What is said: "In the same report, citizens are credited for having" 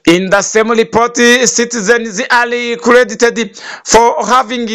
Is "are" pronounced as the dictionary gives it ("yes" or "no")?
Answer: no